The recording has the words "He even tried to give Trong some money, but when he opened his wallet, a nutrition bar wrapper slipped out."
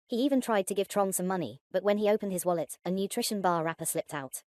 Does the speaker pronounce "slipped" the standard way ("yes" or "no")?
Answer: yes